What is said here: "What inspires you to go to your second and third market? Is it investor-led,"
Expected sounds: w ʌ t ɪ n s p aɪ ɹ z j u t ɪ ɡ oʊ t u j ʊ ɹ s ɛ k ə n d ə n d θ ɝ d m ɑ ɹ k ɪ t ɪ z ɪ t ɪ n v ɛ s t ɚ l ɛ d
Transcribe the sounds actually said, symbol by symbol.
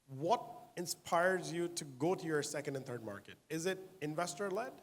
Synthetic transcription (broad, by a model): w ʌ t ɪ n s p aɪ ɹ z j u t ɪ ɡ oʊ t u j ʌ ɹ s ɛ k ə n d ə n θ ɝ d m ɑ ɹ k ɪ t ɪ z ɪ t ɪ n v ɛ s t ɚ l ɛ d